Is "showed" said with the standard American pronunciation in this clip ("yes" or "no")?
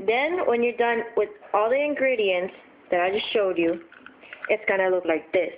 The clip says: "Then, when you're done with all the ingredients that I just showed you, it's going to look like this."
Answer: yes